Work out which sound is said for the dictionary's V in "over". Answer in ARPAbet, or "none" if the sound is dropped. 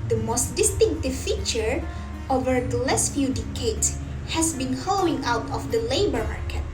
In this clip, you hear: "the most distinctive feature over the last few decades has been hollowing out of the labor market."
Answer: V